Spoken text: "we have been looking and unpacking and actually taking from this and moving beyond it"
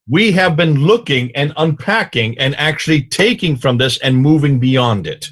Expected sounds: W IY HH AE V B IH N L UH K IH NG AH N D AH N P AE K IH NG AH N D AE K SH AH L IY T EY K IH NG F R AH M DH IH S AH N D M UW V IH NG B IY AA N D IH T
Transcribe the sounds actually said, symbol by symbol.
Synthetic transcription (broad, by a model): W IY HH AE V B IH N L UH K IH NG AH N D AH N P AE K IH NG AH N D AE K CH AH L IY T EY K IH NG F R AH M DH IH S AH N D M UW V IH NG B IY AA N D IH T